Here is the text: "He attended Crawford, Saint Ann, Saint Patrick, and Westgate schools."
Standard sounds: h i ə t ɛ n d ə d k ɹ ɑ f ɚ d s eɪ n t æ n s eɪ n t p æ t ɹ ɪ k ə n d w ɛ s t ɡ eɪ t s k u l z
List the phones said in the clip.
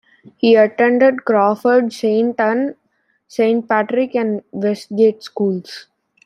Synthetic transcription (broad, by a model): h i ə t ɛ n d ə d k ɹ ɑ f ɚ d s eɪ n t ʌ n s eɪ n t p æ t ɹ ɪ k ə n d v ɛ s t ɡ eɪ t s k u l s